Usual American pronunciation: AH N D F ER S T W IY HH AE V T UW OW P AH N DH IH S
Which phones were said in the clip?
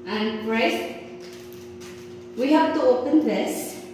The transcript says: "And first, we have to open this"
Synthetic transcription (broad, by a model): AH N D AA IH T W IY HH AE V T UW OW P AH N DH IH S